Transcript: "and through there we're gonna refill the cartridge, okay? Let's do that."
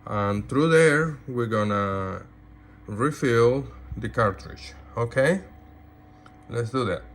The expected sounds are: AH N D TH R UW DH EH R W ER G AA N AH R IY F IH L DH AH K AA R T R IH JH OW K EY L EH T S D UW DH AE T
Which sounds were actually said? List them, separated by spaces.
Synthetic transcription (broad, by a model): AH N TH R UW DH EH R W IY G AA N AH R IY F IH L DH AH K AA R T R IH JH OW K EY L EH T S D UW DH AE T